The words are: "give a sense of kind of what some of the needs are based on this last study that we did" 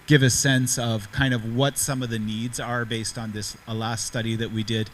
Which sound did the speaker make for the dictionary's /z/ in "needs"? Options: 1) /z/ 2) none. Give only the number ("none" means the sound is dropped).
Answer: 1